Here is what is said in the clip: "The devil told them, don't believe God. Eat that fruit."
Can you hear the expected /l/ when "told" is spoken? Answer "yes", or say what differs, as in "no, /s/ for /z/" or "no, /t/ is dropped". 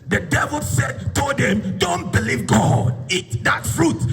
no, /l/ is dropped